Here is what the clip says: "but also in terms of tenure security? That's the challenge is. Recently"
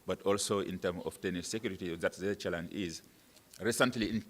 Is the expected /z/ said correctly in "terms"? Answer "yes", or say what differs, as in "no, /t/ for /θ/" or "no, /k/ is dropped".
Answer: no, /z/ is dropped